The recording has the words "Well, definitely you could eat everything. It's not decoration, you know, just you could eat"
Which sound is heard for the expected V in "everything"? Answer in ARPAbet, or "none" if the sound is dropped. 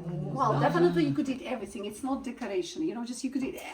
V